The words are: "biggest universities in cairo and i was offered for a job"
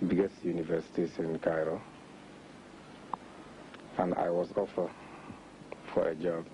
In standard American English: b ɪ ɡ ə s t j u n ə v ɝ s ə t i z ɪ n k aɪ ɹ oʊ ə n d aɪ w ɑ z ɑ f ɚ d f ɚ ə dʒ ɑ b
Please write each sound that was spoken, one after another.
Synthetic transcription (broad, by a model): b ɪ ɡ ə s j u n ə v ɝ s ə t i s ɪ n k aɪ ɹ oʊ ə n aɪ w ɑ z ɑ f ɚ f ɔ ə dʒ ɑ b